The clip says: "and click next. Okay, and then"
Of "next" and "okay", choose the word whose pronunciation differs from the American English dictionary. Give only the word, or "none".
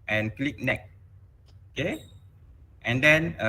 next